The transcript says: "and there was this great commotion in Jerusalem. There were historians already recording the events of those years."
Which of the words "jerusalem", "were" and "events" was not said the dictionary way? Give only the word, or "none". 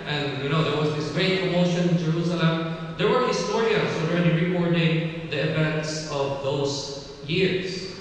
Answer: none